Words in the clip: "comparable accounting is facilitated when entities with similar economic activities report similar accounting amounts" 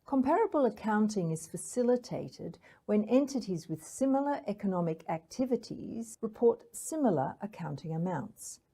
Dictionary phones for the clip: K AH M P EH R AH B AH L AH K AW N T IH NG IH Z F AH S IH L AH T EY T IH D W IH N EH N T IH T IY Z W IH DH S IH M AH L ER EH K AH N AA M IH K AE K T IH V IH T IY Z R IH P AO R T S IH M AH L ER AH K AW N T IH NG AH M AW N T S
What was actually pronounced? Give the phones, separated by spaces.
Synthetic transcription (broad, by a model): K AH M P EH R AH B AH L AH K AW N T IH NG IH Z F AH S IH L AH T EY T IH D W IH N EH N T IH T IY Z W IH DH S IH M L ER EH K AH N AA M IH K AE K T IH V IH T IY Z R IH P AO R T S IH M L ER AH K AW N T IH NG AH M AW N T S